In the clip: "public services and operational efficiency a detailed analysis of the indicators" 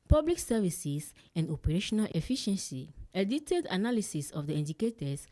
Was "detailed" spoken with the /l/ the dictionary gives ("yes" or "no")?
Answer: no